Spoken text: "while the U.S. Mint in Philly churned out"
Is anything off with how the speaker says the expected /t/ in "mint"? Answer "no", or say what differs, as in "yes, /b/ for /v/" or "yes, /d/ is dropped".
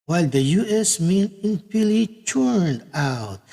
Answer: yes, /t/ is dropped